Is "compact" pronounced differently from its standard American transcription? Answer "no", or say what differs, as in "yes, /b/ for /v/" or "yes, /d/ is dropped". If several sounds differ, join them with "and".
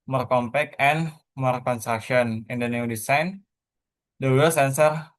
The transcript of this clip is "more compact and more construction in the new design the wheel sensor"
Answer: yes, /t/ is dropped